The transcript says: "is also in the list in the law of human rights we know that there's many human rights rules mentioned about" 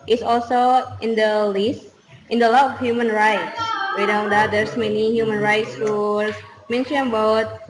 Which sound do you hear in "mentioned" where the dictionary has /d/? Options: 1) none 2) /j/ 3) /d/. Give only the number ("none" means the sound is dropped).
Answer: 1